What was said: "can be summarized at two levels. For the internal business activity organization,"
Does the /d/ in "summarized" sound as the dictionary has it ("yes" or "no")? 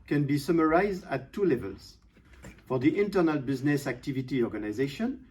yes